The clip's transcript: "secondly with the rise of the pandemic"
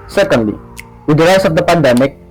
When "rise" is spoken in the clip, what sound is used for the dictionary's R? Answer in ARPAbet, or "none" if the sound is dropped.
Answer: L